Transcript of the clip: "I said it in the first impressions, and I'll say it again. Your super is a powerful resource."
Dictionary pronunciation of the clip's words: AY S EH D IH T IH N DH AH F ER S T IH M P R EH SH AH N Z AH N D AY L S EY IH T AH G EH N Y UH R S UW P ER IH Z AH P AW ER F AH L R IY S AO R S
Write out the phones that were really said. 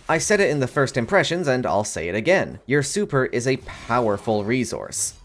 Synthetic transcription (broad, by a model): AY S EH D IH T IH N DH AH F ER S T IH M P R EH SH AH N Z AH N D AY L S EY IH T AH G EH N Y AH R S UW P ER IH Z AH P AW ER F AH L R IY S AO R S